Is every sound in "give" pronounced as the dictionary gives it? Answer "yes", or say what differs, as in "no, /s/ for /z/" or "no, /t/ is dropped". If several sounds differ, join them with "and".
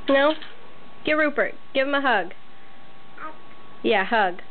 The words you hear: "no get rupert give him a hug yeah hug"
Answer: yes